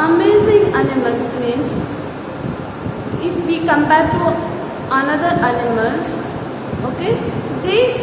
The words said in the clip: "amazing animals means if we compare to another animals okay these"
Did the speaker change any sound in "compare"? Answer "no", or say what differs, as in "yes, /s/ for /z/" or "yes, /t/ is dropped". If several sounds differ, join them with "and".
yes, /b/ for /p/